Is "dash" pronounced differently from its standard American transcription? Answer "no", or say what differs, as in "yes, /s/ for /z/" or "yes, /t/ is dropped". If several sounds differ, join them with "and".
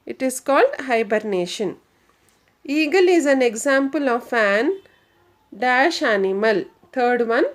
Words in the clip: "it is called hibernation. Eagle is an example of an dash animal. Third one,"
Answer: no